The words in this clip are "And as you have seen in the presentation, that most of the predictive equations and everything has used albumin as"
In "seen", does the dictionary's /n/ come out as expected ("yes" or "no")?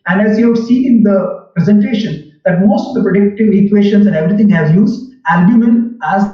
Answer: no